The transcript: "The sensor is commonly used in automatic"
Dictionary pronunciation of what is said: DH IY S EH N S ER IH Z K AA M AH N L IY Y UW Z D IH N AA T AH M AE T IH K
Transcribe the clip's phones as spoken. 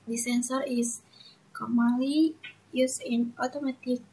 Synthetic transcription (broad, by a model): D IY S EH N S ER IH S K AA M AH L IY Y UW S IH N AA T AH M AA T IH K